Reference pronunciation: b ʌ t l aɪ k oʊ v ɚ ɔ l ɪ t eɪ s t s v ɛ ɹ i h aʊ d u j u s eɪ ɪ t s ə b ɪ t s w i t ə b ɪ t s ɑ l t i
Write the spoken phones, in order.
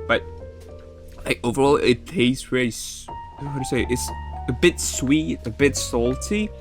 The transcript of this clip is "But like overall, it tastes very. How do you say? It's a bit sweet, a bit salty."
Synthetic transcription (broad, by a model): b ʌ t l aɪ k oʊ v ɚ ɔ l ɪ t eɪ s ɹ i l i h aʊ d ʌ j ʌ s eɪ ɪ t s ə b ɪ t s w i t ə b ɪ t s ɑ l t i